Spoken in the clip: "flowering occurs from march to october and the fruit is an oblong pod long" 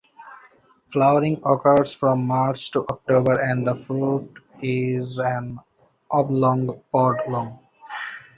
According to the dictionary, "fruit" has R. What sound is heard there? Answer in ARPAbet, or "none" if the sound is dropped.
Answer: R